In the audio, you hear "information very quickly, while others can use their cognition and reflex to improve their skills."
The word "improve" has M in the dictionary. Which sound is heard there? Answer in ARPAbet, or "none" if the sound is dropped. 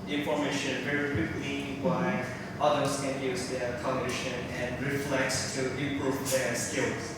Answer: none